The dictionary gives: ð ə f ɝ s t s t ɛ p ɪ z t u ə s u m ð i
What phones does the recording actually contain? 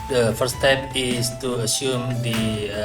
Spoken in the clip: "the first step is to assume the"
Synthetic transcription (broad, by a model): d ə f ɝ t s t ɛ p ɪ s t u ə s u m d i